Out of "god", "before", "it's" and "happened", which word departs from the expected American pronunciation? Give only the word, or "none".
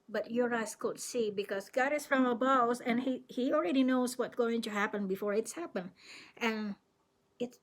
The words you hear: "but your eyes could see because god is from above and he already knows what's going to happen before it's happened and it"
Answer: happened